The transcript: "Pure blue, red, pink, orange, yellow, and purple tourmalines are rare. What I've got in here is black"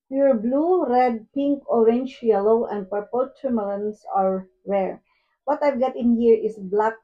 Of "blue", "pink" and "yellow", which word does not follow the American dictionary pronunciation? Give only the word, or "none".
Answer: none